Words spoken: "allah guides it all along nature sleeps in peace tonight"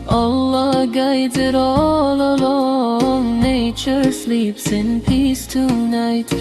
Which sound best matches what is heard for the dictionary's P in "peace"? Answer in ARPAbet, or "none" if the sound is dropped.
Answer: P